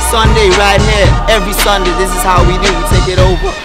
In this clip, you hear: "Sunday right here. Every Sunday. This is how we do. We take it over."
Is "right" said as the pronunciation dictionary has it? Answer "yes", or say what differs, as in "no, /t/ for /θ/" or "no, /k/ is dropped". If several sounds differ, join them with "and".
yes